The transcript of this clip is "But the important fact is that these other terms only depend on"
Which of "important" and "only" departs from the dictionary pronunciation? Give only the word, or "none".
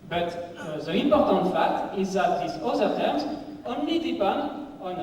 none